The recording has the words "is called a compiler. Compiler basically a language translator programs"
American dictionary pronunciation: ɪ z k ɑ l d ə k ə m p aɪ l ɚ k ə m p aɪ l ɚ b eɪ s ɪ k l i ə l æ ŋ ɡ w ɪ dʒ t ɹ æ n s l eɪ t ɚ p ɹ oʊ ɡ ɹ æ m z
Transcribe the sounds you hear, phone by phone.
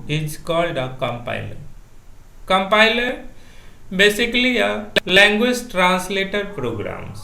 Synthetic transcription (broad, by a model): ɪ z k ɑ l d ə k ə m p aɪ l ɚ k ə m p aɪ l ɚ b eɪ s ɪ k l i ə l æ ŋ ɡ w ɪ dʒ t ɹ æ n s l eɪ t ɚ p ɹ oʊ ɡ ɹ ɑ m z